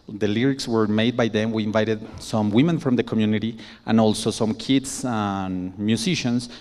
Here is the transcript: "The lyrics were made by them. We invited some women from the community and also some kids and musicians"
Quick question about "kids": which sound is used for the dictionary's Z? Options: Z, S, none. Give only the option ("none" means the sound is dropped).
S